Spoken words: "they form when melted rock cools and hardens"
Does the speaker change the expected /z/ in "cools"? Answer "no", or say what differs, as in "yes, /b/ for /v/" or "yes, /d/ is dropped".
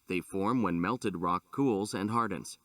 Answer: no